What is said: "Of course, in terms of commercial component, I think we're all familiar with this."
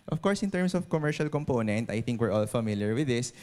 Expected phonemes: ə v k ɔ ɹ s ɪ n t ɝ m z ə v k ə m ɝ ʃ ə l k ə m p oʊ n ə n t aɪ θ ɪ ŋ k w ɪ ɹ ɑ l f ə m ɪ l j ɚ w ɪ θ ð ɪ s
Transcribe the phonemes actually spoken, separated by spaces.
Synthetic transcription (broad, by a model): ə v k ɔ ɹ s ɪ n t ɝ m s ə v k ə m ɝ ʃ ə l k ə m p oʊ n ə n t aɪ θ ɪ ŋ k w ɪ ɹ ɑ l f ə m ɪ l j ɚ w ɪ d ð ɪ s